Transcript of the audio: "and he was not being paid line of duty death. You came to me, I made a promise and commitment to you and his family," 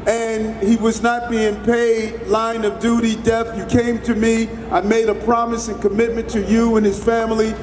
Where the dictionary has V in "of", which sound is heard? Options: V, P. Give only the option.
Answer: V